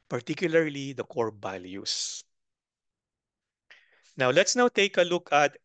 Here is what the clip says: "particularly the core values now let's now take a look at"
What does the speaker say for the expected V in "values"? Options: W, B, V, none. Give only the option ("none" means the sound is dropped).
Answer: B